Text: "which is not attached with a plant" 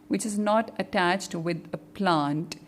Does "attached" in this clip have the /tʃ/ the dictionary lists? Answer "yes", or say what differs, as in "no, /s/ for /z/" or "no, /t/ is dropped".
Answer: yes